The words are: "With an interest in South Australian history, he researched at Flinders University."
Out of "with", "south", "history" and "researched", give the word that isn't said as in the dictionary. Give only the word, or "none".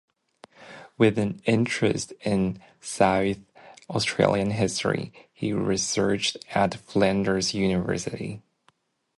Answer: none